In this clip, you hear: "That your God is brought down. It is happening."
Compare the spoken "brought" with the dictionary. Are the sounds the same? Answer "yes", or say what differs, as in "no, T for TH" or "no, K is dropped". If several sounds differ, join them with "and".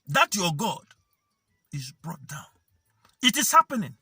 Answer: yes